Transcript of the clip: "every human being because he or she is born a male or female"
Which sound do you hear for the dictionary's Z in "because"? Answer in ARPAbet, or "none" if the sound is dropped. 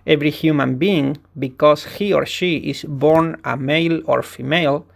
S